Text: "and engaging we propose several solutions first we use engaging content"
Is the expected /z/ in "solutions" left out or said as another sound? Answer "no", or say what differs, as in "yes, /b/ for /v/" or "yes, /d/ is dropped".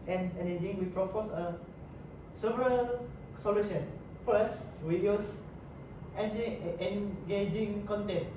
yes, /z/ is dropped